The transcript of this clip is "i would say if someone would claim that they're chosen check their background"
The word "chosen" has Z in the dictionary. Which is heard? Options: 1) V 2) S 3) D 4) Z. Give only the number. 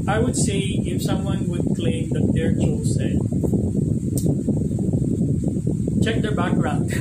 2